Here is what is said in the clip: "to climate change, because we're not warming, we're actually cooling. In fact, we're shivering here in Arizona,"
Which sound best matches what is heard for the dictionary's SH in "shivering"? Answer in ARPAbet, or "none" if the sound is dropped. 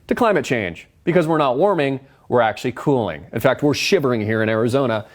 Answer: SH